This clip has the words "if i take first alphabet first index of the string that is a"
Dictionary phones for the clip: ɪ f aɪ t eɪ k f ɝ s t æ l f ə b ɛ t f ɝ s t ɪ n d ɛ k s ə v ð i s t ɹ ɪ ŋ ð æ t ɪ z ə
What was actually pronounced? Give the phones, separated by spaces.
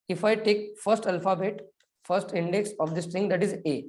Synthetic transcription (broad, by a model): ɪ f aɪ t eɪ k f ɝ s t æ l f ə b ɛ t f ɝ s t ɪ n d ɛ k s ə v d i s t ɪ ŋ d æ t ɪ z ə